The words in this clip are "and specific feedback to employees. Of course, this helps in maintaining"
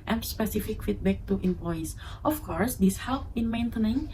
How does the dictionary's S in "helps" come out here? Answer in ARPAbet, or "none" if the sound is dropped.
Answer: none